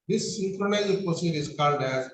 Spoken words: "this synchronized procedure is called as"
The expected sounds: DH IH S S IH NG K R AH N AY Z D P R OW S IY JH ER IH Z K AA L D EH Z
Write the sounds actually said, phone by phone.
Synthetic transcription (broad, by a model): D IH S S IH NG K R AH N AY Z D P OW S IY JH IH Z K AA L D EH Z